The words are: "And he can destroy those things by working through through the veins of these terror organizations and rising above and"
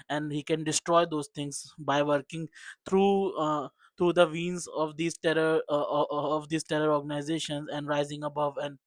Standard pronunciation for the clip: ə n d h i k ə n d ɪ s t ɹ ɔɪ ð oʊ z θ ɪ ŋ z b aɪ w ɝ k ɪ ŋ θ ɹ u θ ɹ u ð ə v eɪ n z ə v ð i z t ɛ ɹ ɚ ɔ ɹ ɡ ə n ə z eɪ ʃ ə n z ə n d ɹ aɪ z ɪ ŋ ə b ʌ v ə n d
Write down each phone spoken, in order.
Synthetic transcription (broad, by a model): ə n d h i k ə n d ɪ s t ɹ ɔɪ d oʊ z t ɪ ŋ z b aɪ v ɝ k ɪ ŋ t ɹ u t ɹ u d ə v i n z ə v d i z t ɛ ɹ ɚ ɔ ɹ ɡ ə n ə z eɪ ʃ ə n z ə n d ɹ aɪ z ɪ ŋ ə b ʌ v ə n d